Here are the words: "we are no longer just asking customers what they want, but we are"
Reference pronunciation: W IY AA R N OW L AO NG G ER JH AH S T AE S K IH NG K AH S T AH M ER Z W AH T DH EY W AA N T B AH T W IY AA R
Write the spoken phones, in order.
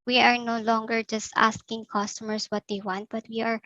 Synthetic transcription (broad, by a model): W IY AA R N OW L AO NG G ER JH AH S T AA S K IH NG K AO S T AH M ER S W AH T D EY W AA N T B AH T W IY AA R